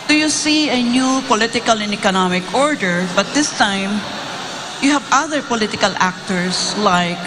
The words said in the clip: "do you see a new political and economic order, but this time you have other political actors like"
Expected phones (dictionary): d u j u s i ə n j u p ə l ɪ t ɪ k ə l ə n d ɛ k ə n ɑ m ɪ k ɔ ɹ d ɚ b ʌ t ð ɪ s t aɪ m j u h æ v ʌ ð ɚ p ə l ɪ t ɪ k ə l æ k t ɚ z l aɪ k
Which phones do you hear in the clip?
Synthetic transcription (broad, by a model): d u j u s i ə n j u p ə l ɪ t ɪ k ə l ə n ɛ k ə n ɑ m ɪ k ɔ ɹ d ɚ b ʌ t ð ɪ s t aɪ m j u h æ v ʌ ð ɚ p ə l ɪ t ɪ k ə l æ k t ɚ s l aɪ k